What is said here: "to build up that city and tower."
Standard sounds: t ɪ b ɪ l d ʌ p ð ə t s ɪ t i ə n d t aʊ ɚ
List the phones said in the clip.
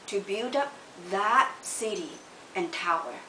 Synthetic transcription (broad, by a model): t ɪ b ɪ l d ʌ p ð ə t s ɪ t i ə n t aʊ ɚ